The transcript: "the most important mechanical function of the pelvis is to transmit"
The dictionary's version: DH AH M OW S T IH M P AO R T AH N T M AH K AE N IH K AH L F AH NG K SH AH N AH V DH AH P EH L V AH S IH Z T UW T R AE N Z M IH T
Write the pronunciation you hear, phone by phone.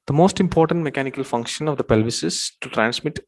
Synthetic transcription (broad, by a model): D AH M OW S T IH M P AO R T AH N T M AH K AE N IH K AH L F AH NG K SH AH N AH V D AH P EH L V AH S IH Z T UW T R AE N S M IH T